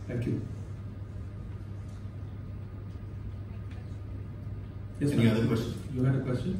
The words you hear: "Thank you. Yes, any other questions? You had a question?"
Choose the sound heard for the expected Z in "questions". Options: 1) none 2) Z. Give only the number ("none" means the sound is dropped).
1